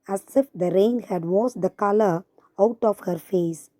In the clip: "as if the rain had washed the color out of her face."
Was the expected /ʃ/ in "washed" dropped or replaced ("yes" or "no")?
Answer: yes